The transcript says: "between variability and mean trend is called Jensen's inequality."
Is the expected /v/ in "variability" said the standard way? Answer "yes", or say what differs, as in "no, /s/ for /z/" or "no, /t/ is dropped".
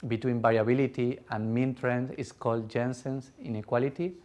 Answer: no, /b/ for /v/